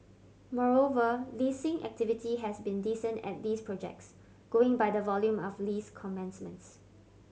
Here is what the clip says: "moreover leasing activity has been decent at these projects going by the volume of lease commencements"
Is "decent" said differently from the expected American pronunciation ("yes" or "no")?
no